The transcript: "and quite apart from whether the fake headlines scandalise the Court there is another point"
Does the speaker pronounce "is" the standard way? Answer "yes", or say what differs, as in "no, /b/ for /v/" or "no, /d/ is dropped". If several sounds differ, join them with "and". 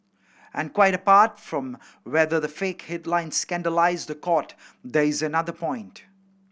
yes